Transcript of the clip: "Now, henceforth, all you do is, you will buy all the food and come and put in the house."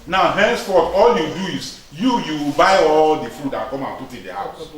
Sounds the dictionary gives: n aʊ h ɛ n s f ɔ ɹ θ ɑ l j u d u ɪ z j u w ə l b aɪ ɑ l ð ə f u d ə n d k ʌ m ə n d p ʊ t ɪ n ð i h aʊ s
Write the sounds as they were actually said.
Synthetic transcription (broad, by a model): n aʊ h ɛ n s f ɔ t ɑ l j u d u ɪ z j u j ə w b aɪ ɑ l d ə f u d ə k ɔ m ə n p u t ɪ n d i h aʊ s